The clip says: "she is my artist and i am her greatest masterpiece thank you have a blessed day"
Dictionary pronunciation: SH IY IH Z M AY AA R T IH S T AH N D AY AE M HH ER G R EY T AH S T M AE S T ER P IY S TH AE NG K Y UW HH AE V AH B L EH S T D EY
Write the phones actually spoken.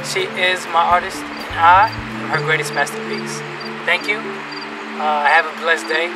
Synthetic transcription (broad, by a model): SH IY IH Z M AY AA R T IH S T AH N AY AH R HH ER G R EY T AH S T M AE S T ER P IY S TH AE NG K Y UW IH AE V AH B L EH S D EY